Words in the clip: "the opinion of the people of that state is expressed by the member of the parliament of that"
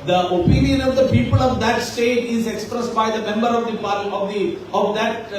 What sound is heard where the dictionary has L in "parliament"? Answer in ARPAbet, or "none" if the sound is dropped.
none